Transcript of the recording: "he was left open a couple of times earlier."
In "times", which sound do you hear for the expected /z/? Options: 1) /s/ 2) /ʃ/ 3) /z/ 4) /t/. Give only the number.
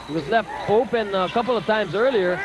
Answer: 3